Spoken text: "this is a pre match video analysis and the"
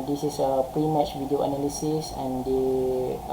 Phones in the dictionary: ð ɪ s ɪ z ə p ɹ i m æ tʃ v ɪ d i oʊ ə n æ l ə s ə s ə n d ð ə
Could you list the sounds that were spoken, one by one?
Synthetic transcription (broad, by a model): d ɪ s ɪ s ə p ɹ i m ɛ tʃ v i d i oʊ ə n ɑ l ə s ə s ə n d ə